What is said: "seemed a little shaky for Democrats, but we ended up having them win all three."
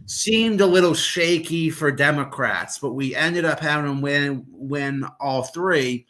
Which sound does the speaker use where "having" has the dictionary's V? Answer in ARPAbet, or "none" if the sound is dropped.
none